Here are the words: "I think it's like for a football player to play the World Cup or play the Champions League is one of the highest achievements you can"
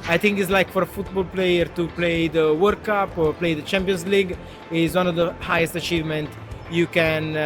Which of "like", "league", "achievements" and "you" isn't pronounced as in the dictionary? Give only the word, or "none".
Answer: achievements